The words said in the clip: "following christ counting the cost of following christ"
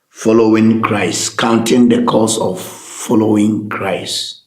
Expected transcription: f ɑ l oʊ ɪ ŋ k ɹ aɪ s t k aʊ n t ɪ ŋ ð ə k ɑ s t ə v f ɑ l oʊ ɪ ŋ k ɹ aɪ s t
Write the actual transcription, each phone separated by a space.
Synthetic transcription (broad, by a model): f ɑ l oʊ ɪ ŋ k ɹ aɪ s t k aʊ n t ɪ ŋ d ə k ɑ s ə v f ɑ l oʊ ɪ ŋ k ɹ aɪ s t